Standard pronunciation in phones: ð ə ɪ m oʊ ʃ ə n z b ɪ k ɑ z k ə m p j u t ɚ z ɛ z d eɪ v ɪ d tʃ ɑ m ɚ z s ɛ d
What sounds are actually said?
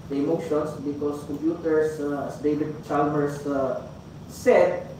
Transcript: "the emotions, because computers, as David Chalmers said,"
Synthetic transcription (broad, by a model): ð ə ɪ m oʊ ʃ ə n s b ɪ k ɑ s k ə m p j u t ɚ s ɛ s d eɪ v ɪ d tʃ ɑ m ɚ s s ɛ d